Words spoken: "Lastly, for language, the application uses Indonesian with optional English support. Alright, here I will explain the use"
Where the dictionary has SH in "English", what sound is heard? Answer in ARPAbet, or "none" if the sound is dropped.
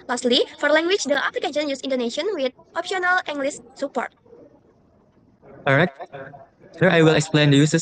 S